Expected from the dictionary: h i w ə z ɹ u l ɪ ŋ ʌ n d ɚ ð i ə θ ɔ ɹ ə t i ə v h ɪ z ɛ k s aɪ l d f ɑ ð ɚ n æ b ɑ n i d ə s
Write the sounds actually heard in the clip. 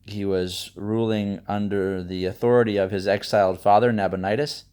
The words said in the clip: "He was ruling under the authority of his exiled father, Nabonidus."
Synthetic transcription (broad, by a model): h i w ə z ɹ u l ɪ ŋ ʌ n d ɚ ð i ə θ ɔ ɹ ə t i ə v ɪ z ɛ k s aɪ l d f ɑ ð ɚ n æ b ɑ n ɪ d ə s